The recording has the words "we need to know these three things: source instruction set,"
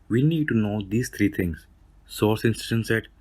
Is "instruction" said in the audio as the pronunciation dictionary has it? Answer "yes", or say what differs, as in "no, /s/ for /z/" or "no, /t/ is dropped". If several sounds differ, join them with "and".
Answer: no, /k/ is dropped